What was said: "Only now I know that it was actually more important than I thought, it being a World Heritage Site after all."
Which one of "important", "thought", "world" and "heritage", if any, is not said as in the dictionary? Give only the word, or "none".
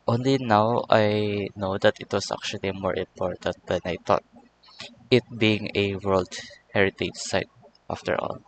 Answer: thought